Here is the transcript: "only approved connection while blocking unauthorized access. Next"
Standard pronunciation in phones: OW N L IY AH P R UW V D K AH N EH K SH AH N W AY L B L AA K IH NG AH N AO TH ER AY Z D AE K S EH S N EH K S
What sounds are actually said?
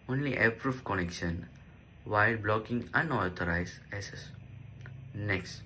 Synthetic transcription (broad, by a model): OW N L IY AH P R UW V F K AH N EH K SH AH N W AY L B L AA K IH NG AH N AO T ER AY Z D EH S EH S N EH K S